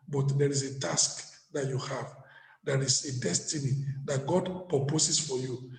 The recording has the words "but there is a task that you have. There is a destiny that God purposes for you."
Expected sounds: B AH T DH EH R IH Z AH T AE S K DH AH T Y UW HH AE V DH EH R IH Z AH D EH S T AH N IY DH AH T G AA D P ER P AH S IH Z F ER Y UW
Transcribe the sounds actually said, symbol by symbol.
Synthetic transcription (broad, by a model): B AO T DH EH R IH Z AH T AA S K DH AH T Y UW HH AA V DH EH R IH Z AH D EH S T AH N IY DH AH T G AA D P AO P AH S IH S F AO Y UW